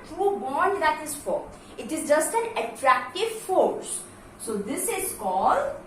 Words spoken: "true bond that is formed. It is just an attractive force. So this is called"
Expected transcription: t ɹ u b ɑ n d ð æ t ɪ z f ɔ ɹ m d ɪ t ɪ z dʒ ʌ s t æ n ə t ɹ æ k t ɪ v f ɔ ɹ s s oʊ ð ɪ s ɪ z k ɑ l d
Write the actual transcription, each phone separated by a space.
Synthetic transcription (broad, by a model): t ɹ u b ɑ n d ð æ t ɪ z f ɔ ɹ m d ɪ t ɪ z dʒ ʌ s t æ n ə t ɹ æ k t ɪ v f ɔ ɹ s s oʊ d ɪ s ɪ z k ɑ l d